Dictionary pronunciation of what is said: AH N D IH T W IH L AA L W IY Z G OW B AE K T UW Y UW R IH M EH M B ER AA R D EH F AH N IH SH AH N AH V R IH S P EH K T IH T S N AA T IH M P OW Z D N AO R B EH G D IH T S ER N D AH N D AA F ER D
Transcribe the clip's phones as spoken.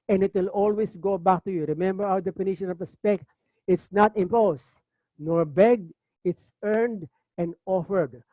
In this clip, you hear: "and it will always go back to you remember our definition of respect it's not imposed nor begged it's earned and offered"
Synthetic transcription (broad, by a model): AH N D IH T W IH L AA L W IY S G OW B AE K T UW Y UW R IH M EH M B ER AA W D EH P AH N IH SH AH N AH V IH S P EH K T IH T S N AA T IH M P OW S N AO R B EH G IH T S ER N D AH N D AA F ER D